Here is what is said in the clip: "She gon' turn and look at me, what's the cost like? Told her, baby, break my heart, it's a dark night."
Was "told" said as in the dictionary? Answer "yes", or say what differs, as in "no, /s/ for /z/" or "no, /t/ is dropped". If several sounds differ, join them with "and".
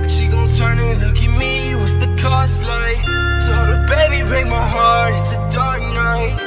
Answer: no, /l/ is dropped